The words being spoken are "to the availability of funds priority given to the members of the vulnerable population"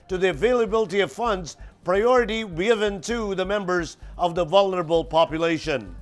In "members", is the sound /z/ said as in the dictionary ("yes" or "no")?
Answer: yes